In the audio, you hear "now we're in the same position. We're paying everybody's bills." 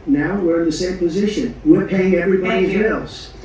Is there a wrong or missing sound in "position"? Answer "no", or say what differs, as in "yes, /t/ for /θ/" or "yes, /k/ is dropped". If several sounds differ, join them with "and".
no